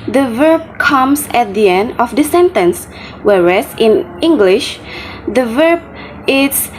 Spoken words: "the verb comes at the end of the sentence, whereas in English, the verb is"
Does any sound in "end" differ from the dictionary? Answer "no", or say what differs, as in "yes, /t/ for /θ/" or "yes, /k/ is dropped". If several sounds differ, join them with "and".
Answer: no